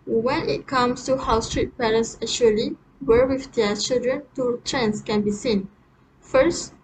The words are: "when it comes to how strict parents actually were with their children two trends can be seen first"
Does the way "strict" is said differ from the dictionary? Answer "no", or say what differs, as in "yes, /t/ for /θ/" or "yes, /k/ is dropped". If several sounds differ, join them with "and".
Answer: yes, /k/ is dropped